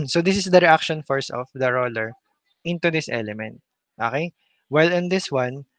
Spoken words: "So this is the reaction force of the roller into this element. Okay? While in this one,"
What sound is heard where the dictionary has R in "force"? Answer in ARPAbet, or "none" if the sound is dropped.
R